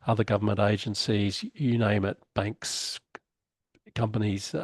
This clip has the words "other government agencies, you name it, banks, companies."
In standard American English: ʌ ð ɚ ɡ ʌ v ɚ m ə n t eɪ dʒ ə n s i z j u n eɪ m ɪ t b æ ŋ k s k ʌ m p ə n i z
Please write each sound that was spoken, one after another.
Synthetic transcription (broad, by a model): ʌ ð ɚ ɡ ʌ v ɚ m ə n t eɪ dʒ ə n s i z j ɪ n eɪ m ɪ t b æ ŋ k s k ʌ m p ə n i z